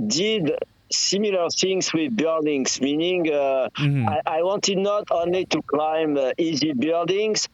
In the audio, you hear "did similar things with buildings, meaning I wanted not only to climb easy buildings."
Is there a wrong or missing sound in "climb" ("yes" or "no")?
no